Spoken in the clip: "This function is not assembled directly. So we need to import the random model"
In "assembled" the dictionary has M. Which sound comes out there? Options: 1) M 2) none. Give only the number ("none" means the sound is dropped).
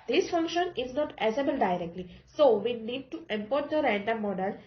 2